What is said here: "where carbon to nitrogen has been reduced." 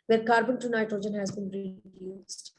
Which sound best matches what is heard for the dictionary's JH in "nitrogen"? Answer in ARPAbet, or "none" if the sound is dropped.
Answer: JH